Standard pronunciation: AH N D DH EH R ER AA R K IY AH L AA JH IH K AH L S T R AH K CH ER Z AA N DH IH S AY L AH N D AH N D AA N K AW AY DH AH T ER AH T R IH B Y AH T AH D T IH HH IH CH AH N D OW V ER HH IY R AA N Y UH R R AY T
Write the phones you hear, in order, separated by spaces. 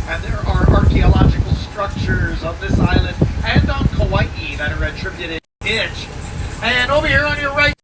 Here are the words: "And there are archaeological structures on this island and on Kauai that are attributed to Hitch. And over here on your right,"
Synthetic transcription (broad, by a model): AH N DH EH R ER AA R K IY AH L AA JH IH K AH L S T R AH K CH ER Z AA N DH IH S AY L AH N D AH N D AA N K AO AY DH AH T ER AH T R IH B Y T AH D T IH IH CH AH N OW B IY HH IY R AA N Y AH R R AY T